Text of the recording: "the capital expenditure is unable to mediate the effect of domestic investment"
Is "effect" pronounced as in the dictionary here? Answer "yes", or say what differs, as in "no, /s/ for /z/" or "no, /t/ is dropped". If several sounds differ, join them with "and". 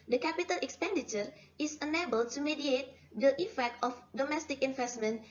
yes